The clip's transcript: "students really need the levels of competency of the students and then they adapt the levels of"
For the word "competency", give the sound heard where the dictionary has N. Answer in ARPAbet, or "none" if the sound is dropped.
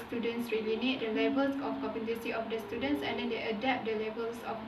none